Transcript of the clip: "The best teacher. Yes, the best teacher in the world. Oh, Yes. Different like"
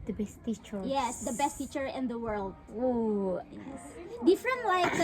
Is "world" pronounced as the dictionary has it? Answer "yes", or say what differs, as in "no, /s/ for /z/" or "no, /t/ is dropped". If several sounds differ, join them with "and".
yes